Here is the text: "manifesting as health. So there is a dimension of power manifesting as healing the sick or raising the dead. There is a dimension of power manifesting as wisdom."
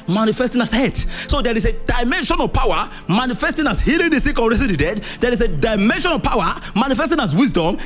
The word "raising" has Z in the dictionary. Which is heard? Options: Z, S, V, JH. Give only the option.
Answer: S